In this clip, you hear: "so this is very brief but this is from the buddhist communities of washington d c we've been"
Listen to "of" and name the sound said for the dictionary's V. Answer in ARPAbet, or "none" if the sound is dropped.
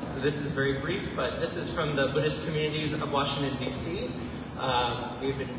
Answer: V